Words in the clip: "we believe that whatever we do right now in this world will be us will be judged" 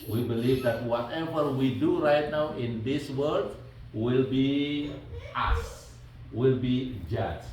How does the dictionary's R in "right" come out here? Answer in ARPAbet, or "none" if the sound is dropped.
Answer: R